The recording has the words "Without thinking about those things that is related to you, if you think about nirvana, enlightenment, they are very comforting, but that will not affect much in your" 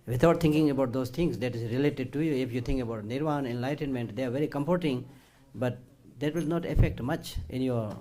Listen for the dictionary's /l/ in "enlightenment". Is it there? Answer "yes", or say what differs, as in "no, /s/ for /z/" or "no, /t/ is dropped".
yes